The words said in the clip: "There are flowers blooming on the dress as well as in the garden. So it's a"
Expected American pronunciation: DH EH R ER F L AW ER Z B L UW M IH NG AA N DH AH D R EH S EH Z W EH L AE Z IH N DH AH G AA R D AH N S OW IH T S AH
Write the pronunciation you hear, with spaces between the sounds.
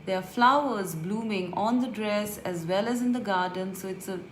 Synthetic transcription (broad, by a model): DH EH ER F L AW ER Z B L UW M IH NG AA N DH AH D R EH S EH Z W EH L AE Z IH N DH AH G AA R D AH N S OW IH T S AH